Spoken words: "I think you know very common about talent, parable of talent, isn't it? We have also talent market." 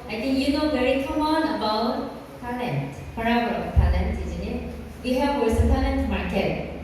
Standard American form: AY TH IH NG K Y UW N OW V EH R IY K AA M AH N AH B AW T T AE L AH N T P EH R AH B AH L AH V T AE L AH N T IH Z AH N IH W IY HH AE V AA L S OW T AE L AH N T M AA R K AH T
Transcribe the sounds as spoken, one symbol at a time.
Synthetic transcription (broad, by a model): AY T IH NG Y UW N OW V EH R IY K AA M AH N AH B AW T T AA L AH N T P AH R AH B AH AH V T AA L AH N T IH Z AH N IH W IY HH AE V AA S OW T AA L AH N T M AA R K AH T